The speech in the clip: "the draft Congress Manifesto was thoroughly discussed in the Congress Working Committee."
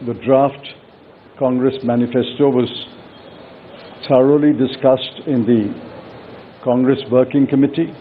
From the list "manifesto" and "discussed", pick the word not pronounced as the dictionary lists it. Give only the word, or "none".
none